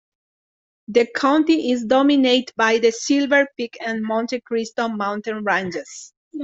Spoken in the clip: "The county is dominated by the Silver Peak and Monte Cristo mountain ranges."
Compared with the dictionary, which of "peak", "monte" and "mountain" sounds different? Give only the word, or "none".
none